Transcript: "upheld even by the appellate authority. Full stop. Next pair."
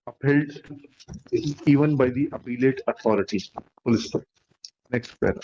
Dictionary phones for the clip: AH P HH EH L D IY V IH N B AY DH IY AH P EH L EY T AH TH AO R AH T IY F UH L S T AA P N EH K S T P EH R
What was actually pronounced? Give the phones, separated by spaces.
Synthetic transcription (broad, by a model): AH P HH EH L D IY V IH N B AY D IY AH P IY L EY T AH T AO R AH T IY P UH L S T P N EH K S T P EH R